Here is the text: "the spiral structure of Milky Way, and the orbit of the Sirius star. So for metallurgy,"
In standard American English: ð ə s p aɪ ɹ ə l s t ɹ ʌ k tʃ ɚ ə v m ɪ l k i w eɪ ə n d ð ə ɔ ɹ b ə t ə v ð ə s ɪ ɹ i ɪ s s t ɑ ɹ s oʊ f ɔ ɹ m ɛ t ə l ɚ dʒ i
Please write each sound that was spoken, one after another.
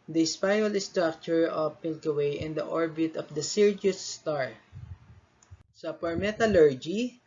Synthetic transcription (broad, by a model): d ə s p aɪ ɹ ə l s t ɹ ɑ k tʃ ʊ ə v m ɪ l k i w eɪ ə n d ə ɔ ɹ b ə t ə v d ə s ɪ ɹ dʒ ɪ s s t ɑ ɹ s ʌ p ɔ ɹ m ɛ t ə l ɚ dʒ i